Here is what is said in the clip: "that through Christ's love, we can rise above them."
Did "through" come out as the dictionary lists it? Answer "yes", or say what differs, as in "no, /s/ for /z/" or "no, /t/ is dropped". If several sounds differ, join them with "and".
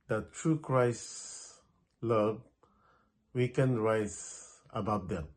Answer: no, /t/ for /θ/